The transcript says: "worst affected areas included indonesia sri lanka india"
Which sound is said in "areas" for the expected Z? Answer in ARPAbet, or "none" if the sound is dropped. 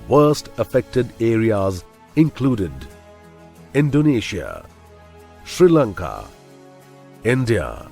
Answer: Z